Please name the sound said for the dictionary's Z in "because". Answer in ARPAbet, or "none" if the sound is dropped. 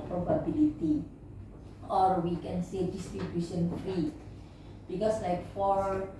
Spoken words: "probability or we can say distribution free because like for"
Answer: S